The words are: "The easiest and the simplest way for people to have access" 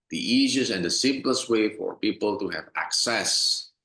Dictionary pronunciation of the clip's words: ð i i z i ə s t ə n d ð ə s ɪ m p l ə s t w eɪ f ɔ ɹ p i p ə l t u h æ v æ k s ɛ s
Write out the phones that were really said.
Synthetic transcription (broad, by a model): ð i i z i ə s ə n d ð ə s ɪ m p l ə s t w eɪ f ɔ ɹ p i p ə l t u h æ v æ k s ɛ s